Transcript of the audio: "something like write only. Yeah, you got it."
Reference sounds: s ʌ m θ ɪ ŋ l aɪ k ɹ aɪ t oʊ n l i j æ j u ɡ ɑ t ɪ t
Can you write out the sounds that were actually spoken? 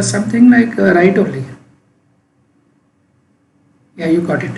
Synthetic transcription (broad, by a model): s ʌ m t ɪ ŋ l aɪ k ɹ aɪ t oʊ l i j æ j u ɡ ɑ t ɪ t